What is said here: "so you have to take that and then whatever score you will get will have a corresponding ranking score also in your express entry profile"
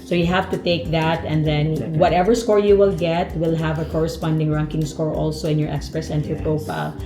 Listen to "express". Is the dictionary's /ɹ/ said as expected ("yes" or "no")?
yes